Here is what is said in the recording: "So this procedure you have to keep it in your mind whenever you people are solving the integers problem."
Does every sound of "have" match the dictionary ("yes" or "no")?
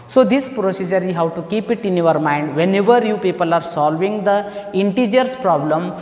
no